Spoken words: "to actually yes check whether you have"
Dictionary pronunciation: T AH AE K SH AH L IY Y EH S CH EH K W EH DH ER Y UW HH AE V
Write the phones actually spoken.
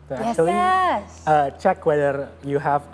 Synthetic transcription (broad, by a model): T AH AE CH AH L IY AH CH EH K W EH DH ER Y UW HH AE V